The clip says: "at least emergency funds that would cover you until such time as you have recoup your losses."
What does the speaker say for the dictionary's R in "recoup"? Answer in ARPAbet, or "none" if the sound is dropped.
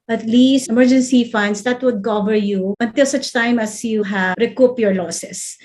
R